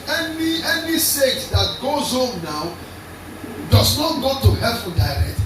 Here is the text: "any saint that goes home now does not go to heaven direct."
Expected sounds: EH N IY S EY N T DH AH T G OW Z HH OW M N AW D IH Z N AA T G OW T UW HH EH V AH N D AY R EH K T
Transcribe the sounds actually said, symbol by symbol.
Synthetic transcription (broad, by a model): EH N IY S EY T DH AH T G OW Z HH OW M N AW D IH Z N AA T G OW T UW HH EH F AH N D AY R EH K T